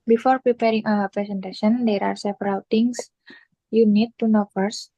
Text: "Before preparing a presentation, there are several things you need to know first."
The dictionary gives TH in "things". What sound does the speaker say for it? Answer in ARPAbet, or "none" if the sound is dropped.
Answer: T